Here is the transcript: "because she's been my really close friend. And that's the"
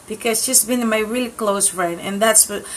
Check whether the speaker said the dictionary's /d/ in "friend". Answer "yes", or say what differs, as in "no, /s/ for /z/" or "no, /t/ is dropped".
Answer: no, /d/ is dropped